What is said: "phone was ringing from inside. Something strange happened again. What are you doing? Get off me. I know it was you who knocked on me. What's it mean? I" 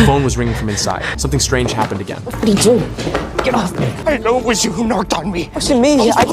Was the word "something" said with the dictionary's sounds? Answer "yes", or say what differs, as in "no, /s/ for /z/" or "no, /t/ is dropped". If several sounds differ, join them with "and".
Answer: yes